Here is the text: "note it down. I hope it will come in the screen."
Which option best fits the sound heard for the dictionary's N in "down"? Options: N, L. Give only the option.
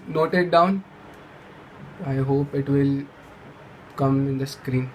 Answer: N